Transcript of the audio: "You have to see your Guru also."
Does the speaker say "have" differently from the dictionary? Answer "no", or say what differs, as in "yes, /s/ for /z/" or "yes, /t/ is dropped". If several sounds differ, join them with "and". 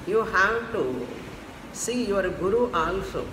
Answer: yes, /w/ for /v/